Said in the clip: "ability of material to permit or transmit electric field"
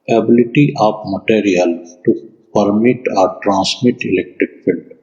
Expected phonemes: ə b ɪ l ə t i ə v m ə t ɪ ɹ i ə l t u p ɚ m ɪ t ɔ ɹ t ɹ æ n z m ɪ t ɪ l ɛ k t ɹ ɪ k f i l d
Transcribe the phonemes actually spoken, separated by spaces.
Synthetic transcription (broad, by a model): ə b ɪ l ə t i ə p m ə t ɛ ɹ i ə l t u p ɚ m ɪ t ɔ ɹ t ɹ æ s m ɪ t ɪ l ɛ k t ɹ ɪ k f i l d